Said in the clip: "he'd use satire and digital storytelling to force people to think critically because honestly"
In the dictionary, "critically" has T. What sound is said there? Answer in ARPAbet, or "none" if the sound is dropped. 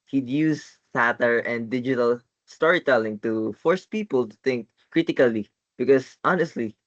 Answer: T